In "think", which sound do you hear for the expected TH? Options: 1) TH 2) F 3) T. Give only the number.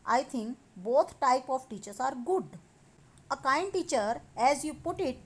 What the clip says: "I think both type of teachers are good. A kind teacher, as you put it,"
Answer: 3